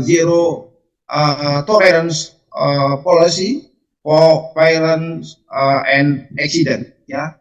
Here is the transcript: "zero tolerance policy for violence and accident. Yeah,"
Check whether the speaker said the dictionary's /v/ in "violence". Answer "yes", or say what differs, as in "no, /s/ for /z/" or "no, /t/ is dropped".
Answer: no, /p/ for /v/